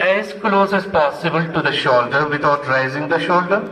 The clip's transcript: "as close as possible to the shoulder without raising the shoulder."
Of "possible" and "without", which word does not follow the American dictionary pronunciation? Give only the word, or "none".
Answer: without